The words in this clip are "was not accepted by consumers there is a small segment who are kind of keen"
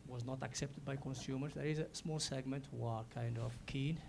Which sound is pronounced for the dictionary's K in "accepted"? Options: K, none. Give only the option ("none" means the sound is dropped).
K